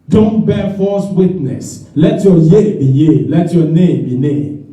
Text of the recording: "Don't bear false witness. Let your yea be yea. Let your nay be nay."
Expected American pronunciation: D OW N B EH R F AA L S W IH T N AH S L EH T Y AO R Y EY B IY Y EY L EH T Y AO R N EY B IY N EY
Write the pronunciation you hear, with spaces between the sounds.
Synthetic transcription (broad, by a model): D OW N B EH F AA S W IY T N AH S L EH T Y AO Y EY B IY Y EY L EH T Y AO N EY B IY N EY